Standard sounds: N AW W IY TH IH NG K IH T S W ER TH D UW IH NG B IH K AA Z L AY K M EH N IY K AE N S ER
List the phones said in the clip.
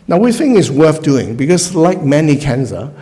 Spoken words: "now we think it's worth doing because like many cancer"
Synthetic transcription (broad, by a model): N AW W IY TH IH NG IH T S W ER TH D UW IH NG B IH K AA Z L AY K M EH N IY K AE N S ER